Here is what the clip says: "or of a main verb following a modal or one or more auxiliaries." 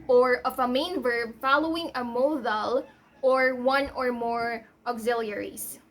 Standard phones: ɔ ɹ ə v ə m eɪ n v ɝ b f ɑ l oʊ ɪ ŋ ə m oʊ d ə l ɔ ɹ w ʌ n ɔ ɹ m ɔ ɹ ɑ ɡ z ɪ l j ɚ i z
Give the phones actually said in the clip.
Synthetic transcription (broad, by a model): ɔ ɹ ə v ə m eɪ n v ɝ b f ɑ l oʊ ɪ ŋ ə m oʊ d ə l ɔ ɹ w ʌ n ɔ ɹ m ɔ ɹ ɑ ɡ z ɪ l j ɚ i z